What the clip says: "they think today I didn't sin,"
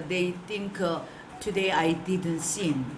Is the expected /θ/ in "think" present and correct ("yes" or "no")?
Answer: no